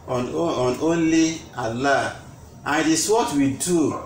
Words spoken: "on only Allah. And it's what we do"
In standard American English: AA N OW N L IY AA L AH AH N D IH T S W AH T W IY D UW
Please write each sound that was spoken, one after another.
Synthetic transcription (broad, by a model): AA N OW N L IY AA L AH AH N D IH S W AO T W IY D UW